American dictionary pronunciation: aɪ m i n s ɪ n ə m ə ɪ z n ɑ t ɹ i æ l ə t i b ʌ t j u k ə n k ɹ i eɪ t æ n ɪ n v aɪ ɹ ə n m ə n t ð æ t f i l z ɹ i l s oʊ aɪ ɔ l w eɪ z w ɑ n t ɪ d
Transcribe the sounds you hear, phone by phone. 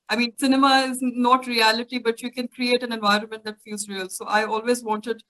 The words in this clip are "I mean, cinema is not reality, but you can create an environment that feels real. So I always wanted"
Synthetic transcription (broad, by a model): aɪ m i n s ɪ n ə m ə ɪ z n ɑ t ɹ i æ l ə t i b ʌ t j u k ə n k ɹ i eɪ t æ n ɪ n v aɪ ɹ ə n m ə n t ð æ t f i l z ɹ i l s oʊ aɪ ɔ l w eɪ z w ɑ n t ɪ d